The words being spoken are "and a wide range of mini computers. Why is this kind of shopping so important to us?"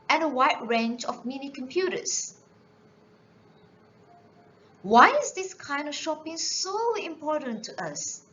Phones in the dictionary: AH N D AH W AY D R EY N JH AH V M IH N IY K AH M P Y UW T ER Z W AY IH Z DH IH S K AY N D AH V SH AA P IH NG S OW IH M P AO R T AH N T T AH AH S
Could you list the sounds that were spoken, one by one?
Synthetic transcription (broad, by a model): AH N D AH W AY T R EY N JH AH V M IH N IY K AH M P Y UW T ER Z W AY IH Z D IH S K AY N D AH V SH AA P IH NG S OW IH M P AO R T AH N T T AH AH S